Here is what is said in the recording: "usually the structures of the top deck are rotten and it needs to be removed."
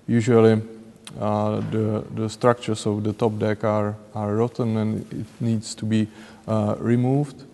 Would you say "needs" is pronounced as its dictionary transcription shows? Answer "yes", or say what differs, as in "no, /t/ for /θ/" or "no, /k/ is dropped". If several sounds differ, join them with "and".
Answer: no, /s/ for /z/